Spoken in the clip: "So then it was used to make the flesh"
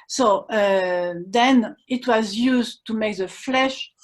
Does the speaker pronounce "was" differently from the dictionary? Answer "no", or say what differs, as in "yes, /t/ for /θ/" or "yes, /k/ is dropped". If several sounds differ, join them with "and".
no